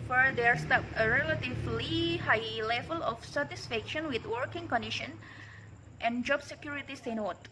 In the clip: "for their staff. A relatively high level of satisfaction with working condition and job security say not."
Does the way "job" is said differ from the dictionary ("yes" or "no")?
no